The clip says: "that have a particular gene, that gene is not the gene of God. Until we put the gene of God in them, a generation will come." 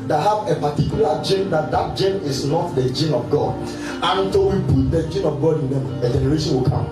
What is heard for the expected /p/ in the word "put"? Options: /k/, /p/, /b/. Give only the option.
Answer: /b/